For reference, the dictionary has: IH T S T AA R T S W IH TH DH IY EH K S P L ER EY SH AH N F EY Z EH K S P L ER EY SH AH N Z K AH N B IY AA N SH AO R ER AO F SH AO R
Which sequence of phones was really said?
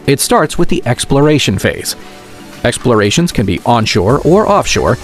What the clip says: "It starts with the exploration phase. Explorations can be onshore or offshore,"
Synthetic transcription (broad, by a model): IH T S T AA R T S W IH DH IY EH K S P L ER EY SH AH N F EY Z EH K S P L ER EY SH AH N Z K AH N B IY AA N SH AO R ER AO F SH AO R